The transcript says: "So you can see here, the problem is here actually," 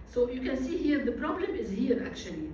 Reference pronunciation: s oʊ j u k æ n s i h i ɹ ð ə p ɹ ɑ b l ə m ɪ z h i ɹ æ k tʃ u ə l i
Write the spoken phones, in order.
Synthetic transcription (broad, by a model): s oʊ j u k æ n s i h i ɹ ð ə p ɹ ɑ b l ə m ɪ z h i ɹ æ k tʃ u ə l i